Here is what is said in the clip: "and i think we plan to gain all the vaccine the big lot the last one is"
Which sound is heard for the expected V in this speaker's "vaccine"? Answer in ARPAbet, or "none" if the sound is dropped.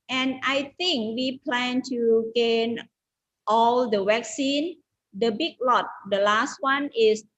W